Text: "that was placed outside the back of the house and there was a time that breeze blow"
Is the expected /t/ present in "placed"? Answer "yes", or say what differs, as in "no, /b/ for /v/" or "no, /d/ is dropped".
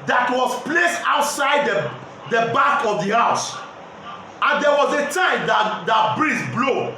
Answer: yes